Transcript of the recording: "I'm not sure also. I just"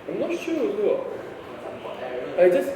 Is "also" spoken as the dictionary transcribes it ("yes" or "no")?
no